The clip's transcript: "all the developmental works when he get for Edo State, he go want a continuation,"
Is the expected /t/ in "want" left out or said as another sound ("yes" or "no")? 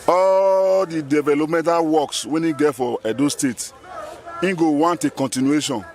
no